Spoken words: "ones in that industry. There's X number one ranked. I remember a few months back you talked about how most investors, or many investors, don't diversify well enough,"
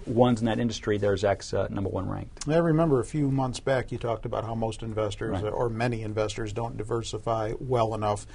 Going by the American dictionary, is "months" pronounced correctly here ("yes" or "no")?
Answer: yes